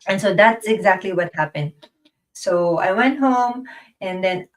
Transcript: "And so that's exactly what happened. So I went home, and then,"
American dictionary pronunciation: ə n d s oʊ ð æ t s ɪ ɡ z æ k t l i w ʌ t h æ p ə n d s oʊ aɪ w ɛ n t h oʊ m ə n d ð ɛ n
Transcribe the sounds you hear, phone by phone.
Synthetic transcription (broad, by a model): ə n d s oʊ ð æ t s ɪ ɡ z æ k t l i w ʌ t h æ p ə n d s oʊ aɪ w ɛ n t h oʊ m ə n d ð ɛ n